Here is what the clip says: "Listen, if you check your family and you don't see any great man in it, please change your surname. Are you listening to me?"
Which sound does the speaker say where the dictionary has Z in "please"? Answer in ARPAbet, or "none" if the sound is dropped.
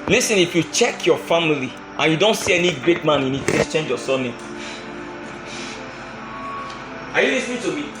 S